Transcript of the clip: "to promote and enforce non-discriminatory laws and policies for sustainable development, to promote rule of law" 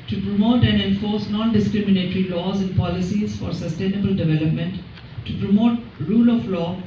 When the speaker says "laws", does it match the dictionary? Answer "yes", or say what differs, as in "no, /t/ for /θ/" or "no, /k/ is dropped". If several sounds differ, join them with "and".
yes